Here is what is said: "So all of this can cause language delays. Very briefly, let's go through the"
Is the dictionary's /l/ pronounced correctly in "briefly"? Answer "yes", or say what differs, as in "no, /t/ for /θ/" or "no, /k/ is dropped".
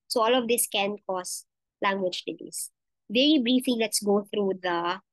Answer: no, /l/ is dropped